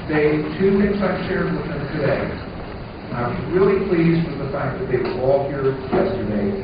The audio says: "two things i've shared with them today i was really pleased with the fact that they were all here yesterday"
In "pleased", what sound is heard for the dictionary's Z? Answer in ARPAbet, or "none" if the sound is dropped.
Z